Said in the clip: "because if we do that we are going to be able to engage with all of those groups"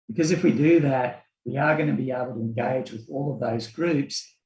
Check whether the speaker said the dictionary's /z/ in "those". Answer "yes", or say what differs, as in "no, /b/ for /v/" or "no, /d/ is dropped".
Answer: yes